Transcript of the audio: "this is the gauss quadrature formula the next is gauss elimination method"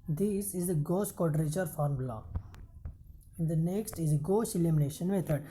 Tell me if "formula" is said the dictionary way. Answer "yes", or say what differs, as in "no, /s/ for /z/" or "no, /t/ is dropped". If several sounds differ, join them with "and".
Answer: no, /l/ is dropped